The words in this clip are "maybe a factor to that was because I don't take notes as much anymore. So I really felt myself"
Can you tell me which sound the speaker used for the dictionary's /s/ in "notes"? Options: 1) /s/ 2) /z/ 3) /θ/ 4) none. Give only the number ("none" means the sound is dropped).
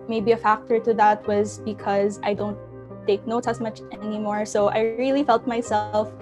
4